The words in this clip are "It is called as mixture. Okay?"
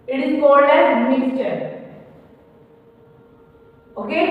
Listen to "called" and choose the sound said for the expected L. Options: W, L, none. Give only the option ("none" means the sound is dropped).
none